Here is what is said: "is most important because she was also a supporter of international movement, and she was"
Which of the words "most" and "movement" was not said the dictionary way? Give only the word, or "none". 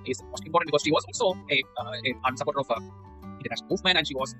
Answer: movement